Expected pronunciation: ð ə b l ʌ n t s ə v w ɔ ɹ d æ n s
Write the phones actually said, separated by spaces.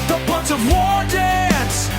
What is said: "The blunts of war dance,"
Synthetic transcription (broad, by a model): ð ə b ʌ n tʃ ə v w ɔ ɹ d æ n s